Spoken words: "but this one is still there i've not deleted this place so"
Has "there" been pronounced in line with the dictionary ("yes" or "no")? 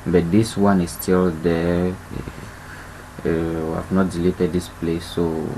no